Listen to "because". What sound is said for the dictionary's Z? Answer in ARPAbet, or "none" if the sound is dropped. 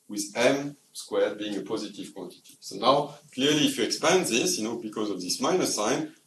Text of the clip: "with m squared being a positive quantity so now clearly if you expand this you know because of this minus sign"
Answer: Z